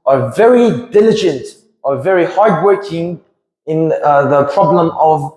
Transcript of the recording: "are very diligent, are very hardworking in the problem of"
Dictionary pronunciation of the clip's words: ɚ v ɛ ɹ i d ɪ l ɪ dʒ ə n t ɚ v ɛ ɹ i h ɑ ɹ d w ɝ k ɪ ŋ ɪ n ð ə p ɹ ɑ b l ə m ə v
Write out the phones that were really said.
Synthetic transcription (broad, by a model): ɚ v ɛ ɹ i d ɪ l ɪ dʒ ə n t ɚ v ɛ ɹ i h ɑ ɹ d w ɝ k ɪ ŋ ɪ n ð ə p ɹ ɑ b l ə m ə v